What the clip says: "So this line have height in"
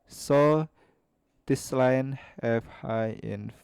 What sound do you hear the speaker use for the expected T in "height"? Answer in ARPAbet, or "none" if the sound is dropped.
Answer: none